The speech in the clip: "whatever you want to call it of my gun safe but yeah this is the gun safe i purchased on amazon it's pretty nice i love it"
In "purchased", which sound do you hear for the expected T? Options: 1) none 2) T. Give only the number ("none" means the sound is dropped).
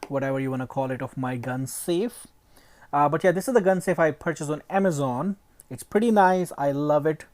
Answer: 1